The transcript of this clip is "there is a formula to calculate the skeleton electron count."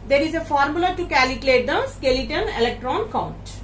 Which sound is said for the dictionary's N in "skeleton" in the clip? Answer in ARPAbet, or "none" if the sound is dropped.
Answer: N